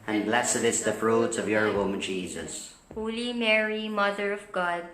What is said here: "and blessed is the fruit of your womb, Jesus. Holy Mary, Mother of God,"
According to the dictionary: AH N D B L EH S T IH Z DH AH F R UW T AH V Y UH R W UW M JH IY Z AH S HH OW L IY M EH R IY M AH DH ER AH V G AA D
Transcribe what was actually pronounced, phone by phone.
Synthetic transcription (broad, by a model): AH N B L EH S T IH S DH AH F R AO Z AH V Y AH R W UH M JH IY Z AH S HH OW L IY M EH R IY M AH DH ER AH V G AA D